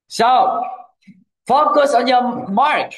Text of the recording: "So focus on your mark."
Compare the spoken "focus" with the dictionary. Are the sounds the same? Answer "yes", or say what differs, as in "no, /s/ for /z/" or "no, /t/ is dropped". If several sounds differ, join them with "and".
yes